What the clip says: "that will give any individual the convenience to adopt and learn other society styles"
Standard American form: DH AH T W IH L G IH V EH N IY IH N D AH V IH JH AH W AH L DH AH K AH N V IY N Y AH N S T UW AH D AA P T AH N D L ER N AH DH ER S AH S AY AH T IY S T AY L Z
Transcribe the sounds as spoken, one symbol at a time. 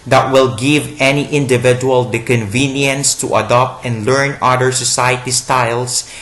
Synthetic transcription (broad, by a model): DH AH T W IH L G IH V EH N IY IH N D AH V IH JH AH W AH L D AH K AH N V IY N Y AH N S T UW AH D AA P T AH N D L ER N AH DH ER S AH S AY AH T IY S T AY L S